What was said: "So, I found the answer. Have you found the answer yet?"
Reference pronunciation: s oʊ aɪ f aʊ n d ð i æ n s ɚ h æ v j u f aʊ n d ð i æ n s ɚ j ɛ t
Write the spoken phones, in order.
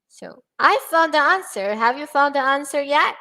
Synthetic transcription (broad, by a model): s oʊ aɪ f aʊ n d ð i æ n s ɚ h æ v j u f aʊ n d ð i æ n s ɚ j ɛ t